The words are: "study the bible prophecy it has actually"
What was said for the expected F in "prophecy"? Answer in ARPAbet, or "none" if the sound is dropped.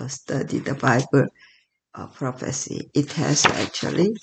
F